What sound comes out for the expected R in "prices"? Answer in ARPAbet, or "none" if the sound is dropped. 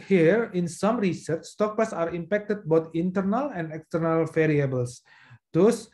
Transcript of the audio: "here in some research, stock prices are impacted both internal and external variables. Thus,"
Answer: none